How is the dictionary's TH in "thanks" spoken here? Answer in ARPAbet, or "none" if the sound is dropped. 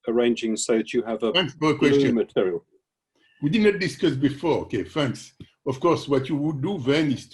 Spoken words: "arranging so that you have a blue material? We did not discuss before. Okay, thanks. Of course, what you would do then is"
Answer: F